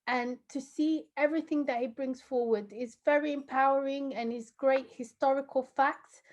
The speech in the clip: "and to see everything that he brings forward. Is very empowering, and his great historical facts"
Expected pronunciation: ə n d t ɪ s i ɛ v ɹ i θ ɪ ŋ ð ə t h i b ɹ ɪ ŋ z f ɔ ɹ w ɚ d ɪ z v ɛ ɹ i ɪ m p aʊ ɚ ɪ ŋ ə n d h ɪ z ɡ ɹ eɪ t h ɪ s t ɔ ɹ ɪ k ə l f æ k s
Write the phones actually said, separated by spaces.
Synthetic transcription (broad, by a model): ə n t ɪ s i ɛ v ɹ i θ ɪ ŋ ð ə t h i b ɹ ɪ ŋ z f ɔ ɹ w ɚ d ɪ z v ɛ ɹ i ɪ m p aʊ ɚ ɪ ŋ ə n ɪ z ɡ ɹ eɪ t h ɪ s t ɔ ɹ ɪ k ə l f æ k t